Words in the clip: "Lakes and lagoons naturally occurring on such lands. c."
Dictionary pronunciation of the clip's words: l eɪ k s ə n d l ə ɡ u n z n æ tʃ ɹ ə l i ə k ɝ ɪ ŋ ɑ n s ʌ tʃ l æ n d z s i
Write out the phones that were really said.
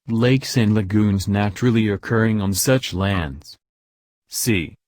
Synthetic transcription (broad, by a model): l eɪ k s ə n l ə ɡ u n z n æ tʃ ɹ l i ə k ɝ ɪ ŋ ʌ n s ʌ tʃ l æ n d z s i